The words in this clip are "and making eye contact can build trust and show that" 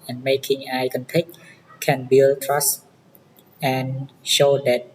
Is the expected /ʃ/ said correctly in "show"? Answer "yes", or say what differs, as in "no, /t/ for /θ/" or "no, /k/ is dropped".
yes